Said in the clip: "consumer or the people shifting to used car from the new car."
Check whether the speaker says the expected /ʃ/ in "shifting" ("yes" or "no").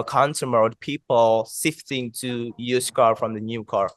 no